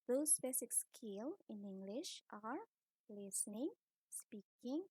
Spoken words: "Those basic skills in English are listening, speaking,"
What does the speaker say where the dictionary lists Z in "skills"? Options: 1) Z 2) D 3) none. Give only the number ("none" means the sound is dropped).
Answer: 3